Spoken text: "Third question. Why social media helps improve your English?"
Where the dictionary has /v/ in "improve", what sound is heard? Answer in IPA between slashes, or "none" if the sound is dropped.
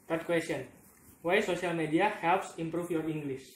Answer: /f/